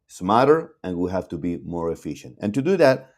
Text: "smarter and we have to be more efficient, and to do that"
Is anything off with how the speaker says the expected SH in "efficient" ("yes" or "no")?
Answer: no